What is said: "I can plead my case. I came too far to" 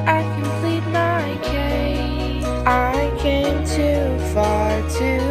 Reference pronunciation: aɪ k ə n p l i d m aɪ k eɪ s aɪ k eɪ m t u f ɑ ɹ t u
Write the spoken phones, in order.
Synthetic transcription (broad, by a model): aɪ k ə n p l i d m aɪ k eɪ aɪ k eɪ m t u f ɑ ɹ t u